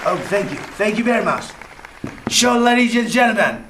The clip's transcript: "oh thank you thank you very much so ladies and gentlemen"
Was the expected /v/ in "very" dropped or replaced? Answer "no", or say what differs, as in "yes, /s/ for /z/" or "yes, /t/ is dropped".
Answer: yes, /b/ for /v/